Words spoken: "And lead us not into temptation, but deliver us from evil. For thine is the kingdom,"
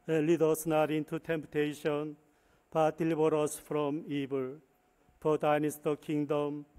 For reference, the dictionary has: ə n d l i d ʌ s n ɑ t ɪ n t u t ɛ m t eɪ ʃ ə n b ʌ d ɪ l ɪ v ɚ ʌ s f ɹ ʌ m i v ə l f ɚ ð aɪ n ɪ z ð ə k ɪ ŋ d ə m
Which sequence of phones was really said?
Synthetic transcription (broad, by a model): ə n l i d ʌ s n ɑ t ɪ n t u t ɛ m t eɪ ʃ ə n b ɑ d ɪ l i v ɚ ʌ s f ɹ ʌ m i b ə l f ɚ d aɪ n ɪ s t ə k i ŋ d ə m